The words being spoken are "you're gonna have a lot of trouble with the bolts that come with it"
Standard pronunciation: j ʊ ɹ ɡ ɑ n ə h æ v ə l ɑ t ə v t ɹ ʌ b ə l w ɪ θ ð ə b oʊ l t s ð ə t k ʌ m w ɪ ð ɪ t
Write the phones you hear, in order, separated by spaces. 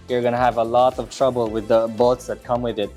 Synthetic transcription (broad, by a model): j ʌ ɹ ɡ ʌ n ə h v ə l ɑ t ə v t ɹ ʌ b ə l w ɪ ð ə b oʊ t s ð ə t k ʌ m w ɪ ð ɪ t